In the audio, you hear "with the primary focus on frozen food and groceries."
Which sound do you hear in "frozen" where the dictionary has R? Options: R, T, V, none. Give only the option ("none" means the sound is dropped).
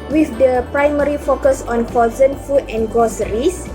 none